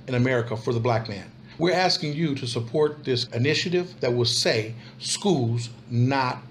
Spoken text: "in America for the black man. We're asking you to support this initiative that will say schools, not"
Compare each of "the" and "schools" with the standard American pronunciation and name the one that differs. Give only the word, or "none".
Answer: none